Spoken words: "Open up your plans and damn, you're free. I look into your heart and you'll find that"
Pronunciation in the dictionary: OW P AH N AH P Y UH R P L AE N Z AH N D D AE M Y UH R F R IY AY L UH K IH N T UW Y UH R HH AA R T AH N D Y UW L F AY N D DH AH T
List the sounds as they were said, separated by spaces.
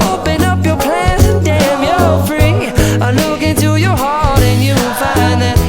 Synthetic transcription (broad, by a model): OW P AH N AH P Y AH R P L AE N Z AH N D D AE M Y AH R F R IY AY L UH K IH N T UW Y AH R HH AA R T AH N Y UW N F AY N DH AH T